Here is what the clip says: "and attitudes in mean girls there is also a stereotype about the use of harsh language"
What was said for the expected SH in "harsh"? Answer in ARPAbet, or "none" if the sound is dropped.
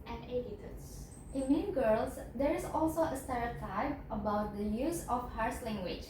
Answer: S